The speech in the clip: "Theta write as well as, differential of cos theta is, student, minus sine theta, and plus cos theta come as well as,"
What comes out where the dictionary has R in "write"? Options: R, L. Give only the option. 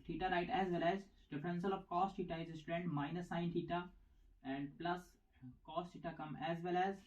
R